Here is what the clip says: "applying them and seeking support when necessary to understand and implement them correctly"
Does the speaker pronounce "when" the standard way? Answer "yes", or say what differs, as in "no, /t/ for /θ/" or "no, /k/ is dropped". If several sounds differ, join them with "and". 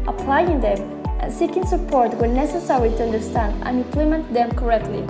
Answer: no, /l/ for /n/